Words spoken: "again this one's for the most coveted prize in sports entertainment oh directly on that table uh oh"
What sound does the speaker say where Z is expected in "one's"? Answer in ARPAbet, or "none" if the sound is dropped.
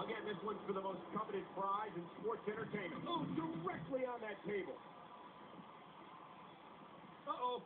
none